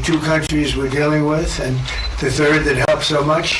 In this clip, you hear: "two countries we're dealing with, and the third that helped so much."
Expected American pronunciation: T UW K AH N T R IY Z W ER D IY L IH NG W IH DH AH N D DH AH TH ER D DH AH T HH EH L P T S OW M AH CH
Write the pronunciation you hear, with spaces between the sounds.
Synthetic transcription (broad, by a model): T UW K AH N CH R IY Z W ER D IY L IH NG W IH DH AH N DH AH TH ER D DH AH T HH EH L P S OW M AH CH